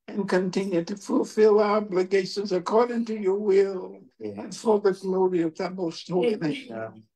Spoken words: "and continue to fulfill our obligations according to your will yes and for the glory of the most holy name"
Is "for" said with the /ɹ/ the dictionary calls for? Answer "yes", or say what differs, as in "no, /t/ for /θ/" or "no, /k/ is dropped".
no, /l/ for /ɹ/